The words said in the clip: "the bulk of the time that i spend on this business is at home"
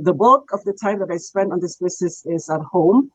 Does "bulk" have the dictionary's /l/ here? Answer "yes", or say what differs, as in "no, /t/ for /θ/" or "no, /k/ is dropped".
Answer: no, /l/ is dropped